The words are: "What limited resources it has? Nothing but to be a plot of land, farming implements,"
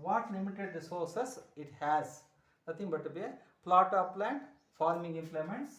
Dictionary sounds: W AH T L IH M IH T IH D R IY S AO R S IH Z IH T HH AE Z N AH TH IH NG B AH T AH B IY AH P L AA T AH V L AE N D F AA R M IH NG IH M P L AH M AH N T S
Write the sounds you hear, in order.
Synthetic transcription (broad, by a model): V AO T L IH M IH T IH D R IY S AO R S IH S IH T HH AE Z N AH T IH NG B AH T AH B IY AH P L AA T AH P L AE N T F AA R M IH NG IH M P L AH M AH N T S